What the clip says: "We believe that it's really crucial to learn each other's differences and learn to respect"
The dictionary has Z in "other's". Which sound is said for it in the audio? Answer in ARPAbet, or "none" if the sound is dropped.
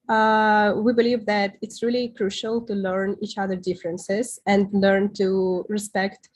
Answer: none